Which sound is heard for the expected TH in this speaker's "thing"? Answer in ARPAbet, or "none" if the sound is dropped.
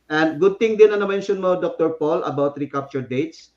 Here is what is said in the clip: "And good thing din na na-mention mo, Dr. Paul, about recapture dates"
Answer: T